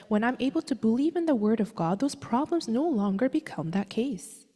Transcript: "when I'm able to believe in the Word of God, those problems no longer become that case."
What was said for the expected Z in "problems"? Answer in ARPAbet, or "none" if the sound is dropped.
Z